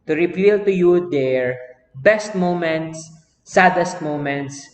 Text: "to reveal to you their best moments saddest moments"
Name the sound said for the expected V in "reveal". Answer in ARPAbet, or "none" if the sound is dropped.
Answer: P